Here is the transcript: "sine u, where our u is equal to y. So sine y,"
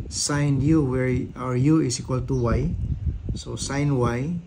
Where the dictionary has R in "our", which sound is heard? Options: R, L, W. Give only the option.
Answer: R